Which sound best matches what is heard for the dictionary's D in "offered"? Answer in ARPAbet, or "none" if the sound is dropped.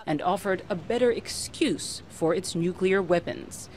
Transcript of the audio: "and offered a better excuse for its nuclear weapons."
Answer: D